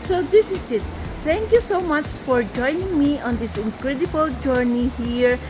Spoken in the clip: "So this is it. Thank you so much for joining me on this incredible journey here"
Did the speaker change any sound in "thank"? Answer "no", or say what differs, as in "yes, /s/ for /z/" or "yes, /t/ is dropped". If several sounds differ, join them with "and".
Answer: yes, /t/ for /θ/